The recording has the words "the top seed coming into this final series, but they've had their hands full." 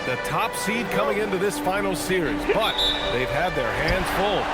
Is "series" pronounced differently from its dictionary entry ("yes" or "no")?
no